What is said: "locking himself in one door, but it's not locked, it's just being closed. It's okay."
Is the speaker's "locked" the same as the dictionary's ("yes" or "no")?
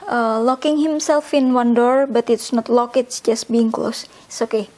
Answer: no